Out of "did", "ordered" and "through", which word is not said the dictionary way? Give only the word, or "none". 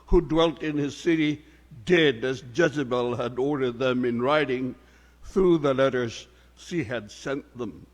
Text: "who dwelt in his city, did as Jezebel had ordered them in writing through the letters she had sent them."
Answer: none